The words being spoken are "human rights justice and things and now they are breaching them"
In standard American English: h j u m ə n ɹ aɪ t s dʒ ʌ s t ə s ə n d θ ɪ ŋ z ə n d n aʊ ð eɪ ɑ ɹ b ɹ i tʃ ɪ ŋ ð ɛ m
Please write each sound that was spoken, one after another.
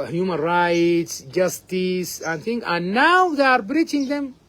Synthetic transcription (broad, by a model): h j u m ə n ɹ aɪ t s dʒ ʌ s t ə s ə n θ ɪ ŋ ə n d n aʊ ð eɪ ɑ ɹ b ɹ i tʃ ɪ ŋ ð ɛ m